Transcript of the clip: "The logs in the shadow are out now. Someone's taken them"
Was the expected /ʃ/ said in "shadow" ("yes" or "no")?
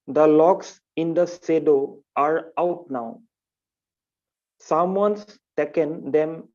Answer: no